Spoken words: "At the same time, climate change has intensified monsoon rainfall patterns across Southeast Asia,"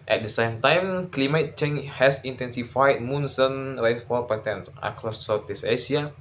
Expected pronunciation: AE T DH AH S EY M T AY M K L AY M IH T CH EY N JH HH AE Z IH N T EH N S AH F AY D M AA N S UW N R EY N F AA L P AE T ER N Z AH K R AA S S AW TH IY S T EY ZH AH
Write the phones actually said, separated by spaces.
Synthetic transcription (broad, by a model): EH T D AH S EY M T AY M K L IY M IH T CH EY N HH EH S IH N T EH N S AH F AY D M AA N S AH N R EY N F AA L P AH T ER N S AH K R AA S S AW T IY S EY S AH